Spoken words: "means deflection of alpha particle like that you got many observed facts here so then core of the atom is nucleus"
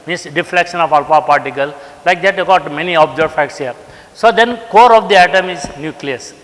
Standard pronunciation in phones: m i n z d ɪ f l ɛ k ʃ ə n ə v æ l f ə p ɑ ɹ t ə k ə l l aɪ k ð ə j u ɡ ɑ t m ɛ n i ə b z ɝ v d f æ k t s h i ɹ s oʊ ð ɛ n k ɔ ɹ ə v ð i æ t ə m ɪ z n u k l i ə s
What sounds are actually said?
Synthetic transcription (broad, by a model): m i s d ɪ f l ɛ k ʃ ə n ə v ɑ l p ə p ɑ ɹ t ə k ə l l aɪ k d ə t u ɡ ɑ t m ɛ n i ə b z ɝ d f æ k t s h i ɹ s oʊ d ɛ n k ɔ ɹ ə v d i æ t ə m ɪ z n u k l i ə s